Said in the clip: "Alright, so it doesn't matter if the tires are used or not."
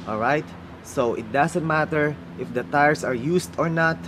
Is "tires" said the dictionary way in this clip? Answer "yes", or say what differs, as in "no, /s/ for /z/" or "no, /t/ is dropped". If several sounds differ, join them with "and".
no, /s/ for /z/